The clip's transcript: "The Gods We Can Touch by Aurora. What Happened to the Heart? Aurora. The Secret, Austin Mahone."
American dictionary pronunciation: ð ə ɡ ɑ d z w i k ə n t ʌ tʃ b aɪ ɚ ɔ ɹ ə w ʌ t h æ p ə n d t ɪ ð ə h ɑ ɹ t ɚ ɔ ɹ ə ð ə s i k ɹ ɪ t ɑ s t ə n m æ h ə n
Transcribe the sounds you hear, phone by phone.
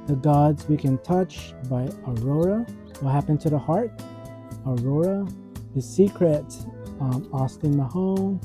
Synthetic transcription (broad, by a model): ð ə ɡ ɑ d z w i k ə n t ʌ tʃ b aɪ ɚ ɔ ɹ ə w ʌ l h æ p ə n t ɪ ð ə h ɑ ɹ t ɚ ɔ ɹ ə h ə s i k ɹ ɪ t ɑ s t ə n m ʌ h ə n